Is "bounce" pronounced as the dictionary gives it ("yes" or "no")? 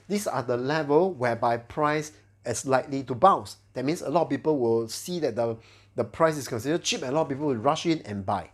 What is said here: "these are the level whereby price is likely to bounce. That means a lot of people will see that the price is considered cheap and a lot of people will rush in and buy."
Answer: no